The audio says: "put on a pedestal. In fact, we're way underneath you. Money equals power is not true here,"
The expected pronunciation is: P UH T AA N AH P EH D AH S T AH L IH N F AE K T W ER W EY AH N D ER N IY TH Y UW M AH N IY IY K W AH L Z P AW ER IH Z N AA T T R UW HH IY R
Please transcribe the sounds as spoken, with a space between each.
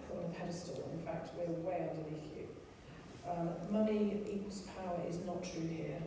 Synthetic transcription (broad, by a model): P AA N AH P EH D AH S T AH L IH N F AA K T W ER W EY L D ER L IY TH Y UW M AH N IY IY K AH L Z P AW ER IH Z N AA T T R UW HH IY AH